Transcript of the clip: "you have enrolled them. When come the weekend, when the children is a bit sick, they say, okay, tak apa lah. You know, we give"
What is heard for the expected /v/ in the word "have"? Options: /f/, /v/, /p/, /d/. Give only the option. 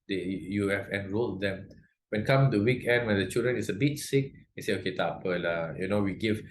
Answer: /f/